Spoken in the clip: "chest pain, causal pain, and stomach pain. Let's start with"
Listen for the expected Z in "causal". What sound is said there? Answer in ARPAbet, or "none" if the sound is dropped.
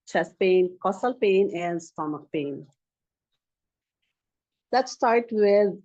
S